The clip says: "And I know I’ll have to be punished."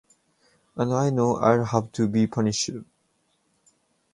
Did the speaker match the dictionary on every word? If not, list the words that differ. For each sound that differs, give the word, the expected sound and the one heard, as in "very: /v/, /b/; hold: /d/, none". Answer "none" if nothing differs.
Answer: punished: /t/, none